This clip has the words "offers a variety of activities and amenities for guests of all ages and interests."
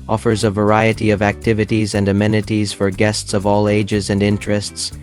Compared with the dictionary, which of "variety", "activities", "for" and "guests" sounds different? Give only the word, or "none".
none